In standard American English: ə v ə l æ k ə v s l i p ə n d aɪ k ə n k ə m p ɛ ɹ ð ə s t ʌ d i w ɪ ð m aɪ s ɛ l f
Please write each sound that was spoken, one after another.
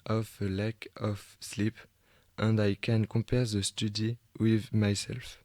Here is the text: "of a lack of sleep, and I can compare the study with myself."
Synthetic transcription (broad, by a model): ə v ə l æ k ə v s l i p ə n d aɪ k ə n k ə p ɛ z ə s t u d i w ɪ ð m aɪ s ɛ l f